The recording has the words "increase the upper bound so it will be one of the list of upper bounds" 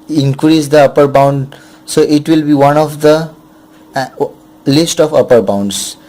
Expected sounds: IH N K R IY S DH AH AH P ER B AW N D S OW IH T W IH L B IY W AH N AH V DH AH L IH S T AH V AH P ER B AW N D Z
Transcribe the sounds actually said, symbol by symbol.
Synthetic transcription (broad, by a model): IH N K R IY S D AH AH P ER B AW N D S OW IH T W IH L B IY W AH N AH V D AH L IH S T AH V AH P ER B AW N D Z